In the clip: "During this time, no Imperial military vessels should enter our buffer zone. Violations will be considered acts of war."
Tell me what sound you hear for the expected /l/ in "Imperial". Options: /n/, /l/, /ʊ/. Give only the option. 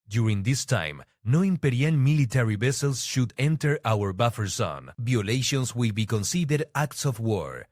/n/